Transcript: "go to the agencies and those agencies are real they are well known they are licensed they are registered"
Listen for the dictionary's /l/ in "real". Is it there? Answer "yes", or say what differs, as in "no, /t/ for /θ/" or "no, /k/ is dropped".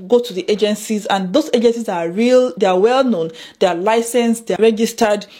yes